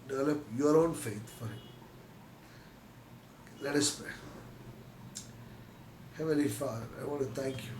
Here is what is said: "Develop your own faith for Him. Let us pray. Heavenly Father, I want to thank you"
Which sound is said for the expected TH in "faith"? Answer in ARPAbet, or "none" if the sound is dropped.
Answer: T